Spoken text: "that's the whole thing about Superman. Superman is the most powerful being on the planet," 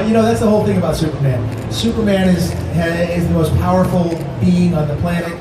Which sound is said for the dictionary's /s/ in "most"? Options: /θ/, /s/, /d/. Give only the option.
/s/